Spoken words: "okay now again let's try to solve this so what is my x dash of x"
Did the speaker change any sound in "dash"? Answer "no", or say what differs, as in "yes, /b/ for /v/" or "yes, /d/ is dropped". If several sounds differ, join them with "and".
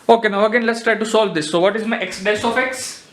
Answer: yes, /s/ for /ʃ/